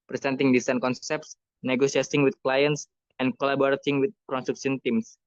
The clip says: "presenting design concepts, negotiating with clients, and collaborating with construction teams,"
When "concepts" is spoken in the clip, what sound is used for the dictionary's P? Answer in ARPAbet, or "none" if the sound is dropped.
P